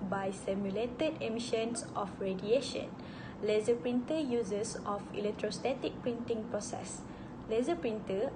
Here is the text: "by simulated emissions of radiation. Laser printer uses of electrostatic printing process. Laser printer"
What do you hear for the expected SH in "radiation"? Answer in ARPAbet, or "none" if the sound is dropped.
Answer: SH